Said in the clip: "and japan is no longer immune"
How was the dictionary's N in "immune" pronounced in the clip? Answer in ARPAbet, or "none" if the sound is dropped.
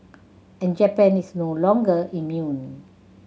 N